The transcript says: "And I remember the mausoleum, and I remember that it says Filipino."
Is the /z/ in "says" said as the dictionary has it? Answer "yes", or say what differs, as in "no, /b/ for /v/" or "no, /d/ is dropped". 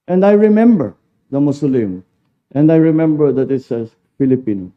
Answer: no, /z/ is dropped